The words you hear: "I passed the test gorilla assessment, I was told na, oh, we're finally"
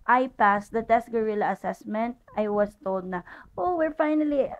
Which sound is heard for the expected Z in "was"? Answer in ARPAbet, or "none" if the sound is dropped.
S